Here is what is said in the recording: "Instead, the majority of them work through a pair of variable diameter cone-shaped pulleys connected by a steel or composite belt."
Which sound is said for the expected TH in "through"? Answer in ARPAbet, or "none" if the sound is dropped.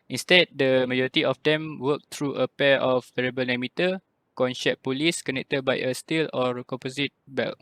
T